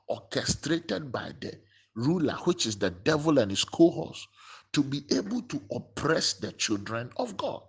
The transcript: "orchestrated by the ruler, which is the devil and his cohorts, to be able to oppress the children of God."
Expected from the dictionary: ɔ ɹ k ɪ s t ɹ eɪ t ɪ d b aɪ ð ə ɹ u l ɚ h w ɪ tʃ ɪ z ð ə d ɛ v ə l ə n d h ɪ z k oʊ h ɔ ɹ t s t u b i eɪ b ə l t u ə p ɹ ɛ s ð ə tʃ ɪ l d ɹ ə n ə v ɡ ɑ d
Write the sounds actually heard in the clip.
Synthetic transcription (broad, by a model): ɔ k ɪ s t ɹ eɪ t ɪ d b aɪ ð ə ɹ u l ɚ h w ɪ tʃ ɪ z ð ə d ɛ v ə l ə n h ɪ s k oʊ h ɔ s t u b i eɪ b ə l t u ə p ɹ ɛ s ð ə tʃ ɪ l d ɹ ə n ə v ɡ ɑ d